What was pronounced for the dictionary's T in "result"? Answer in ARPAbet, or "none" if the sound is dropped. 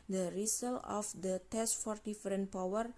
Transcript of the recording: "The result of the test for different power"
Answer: none